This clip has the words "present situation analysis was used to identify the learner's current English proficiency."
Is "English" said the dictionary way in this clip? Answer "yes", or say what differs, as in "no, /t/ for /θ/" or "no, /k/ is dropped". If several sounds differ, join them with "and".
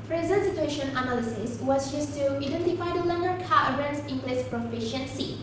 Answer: no, /s/ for /ʃ/